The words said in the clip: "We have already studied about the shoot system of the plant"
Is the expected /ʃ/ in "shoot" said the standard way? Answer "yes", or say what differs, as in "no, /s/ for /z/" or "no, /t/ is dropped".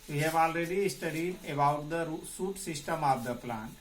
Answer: no, /s/ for /ʃ/